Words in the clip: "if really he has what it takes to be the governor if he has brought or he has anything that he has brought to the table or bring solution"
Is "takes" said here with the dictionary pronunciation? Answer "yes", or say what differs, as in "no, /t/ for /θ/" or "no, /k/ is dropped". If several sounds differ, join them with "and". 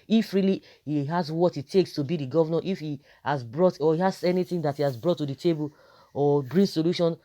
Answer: yes